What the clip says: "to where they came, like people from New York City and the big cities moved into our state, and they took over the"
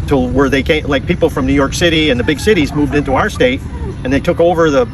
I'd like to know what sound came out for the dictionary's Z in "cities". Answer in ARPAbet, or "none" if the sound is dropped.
Z